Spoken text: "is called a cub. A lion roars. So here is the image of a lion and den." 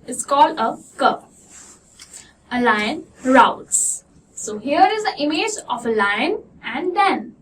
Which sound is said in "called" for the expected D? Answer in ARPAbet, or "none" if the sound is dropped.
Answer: D